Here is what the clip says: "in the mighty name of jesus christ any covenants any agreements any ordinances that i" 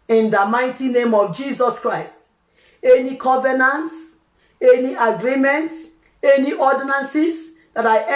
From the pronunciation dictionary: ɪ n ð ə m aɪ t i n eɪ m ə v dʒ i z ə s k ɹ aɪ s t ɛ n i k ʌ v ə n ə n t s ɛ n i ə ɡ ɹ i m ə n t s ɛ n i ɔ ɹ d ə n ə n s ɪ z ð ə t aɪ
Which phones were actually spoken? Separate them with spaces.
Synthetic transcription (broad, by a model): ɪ n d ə m aɪ t i n eɪ m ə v dʒ i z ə s k ɹ aɪ s t ɛ n i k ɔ v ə n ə n t s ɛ n i ə ɡ ɹ i m ə n t s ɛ n i ɔ d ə n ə n s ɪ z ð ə t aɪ